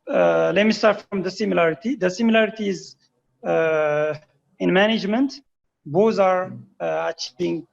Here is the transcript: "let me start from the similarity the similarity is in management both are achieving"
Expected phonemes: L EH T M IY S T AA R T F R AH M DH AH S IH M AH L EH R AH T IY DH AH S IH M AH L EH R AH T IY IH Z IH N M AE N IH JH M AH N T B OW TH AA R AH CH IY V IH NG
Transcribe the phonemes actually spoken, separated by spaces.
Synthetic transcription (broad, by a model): L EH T M IY S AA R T F R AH M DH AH S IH M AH L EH R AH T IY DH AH S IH M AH L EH R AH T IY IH Z IH N M AE N IH JH M AH N T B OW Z AA R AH CH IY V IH NG